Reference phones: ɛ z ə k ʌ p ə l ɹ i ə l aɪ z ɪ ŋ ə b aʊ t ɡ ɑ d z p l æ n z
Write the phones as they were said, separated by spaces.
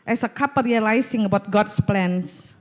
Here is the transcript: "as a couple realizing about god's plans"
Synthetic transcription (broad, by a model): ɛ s ə k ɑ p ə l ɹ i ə l aɪ s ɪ ŋ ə b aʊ t ɡ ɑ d s p l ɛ n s